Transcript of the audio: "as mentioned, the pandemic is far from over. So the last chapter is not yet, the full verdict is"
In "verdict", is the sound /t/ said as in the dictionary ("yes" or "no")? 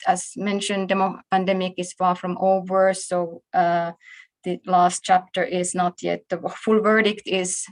yes